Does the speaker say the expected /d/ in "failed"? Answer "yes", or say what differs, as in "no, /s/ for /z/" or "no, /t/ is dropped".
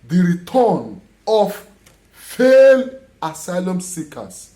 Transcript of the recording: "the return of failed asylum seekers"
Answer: no, /d/ is dropped